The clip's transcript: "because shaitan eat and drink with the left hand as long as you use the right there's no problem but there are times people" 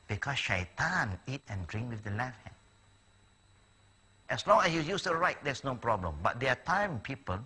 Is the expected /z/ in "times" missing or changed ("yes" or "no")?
yes